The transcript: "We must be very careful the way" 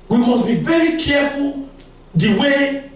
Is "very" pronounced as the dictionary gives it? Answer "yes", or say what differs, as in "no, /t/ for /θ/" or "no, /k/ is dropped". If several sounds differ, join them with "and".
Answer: yes